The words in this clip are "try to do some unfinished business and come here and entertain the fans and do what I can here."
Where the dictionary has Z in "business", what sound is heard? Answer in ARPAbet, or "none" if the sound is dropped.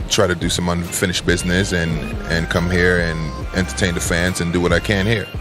Z